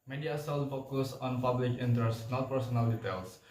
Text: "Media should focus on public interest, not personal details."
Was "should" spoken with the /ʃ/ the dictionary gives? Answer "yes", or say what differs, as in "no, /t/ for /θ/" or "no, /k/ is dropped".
no, /s/ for /ʃ/